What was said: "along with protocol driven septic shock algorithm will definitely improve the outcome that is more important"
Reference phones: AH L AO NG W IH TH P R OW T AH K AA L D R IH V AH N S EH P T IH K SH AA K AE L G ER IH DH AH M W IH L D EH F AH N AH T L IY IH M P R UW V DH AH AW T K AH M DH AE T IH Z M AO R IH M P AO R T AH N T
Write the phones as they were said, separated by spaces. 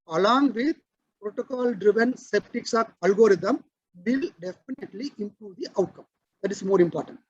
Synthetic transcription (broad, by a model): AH L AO NG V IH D P R OW T AH K AA L D R IH V AH N S EH P T IH K S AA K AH L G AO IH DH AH M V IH L D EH F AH N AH T L IY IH M P R UW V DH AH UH T K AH M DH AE T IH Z M AO R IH M P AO R T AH N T